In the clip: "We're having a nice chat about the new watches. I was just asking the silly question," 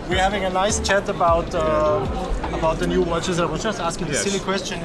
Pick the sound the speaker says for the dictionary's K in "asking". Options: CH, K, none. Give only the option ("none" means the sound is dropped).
K